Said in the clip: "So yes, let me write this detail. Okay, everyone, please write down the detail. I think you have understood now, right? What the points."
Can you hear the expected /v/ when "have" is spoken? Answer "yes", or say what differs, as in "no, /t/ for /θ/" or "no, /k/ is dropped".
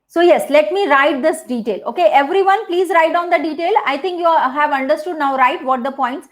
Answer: yes